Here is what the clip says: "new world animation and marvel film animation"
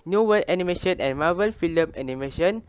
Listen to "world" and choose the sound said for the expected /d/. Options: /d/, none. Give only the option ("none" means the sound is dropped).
none